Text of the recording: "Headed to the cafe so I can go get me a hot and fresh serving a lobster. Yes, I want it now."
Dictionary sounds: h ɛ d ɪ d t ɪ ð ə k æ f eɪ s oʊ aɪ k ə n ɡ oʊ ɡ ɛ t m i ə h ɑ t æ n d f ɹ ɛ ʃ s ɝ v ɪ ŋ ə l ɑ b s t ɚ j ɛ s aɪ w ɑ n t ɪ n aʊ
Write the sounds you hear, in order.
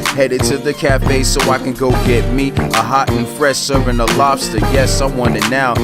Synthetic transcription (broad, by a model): h ɛ d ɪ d t ɪ ð ə k æ f eɪ s oʊ aɪ k ə n ɡ oʊ ɡ ɛ t m i ə h ɑ t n f ɹ ɛ ʃ s ɝ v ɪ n ə l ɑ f s t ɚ j ɛ s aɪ w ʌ n ɪ n aʊ